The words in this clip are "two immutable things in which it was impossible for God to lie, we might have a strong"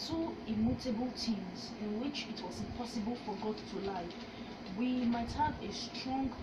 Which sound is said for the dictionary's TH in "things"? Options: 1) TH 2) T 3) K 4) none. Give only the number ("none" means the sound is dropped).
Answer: 2